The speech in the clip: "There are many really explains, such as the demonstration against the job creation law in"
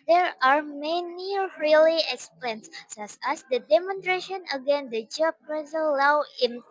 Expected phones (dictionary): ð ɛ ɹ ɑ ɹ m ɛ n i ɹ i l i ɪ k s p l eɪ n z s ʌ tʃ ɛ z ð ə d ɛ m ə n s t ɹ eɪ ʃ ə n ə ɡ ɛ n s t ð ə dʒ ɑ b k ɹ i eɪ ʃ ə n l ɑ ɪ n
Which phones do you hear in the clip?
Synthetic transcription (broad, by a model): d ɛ ɹ ɑ ɹ m ɛ n i ɹ i l i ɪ k s p l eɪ n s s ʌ s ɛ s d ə d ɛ m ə n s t ɹ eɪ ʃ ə n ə ɡ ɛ n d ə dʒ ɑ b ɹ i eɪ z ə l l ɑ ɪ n